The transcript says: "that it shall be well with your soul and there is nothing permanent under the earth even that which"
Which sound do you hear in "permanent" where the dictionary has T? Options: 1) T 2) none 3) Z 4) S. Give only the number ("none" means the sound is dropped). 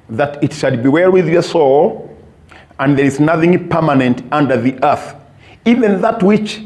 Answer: 1